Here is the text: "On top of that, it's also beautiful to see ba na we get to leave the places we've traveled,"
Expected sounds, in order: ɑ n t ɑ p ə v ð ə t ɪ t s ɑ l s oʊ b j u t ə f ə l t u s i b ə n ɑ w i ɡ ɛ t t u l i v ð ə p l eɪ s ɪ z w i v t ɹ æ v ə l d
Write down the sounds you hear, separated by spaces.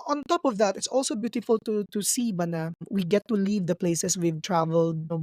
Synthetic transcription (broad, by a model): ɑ n t ɑ p ə v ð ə t ɪ t s ɑ l s oʊ b j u t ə f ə l t u s i b ə n ɑ w i ɡ ɛ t t u l i v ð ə p l eɪ s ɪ s w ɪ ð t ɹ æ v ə l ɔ